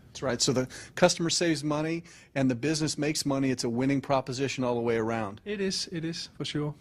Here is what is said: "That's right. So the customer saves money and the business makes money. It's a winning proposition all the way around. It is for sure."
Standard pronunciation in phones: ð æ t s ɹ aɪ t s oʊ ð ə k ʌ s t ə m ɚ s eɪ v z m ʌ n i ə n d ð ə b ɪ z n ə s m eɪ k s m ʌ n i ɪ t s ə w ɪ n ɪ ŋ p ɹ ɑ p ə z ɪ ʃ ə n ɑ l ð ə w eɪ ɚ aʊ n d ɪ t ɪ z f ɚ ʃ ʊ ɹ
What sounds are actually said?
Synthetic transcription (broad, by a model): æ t s ɹ aɪ t s oʊ ð ə k ʌ s t ə m ɚ s eɪ v z m ʌ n i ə n ð ə b ɪ z n ə s m eɪ k s m ʌ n i ɪ t s ə w ɪ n ɪ ŋ p ɹ ɑ p ə z ɪ ʃ ə n ɑ l ð ə w eɪ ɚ aʊ n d ɪ t ɪ z f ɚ ʃ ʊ ɹ